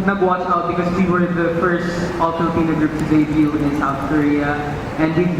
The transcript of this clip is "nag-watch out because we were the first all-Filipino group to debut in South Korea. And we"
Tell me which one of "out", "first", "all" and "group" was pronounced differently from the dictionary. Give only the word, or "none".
none